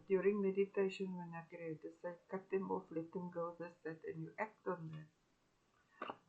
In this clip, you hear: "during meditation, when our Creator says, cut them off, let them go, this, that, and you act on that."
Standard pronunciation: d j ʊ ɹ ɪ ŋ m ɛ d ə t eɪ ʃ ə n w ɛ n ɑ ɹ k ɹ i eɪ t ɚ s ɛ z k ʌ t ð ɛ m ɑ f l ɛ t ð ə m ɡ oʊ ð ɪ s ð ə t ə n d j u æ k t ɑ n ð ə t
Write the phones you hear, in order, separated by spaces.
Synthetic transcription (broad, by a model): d j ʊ ɹ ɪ ŋ m ɛ d ə t eɪ ʃ ə n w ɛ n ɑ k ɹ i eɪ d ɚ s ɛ k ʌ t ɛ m ɑ f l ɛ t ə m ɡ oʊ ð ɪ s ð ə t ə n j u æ k t ɑ n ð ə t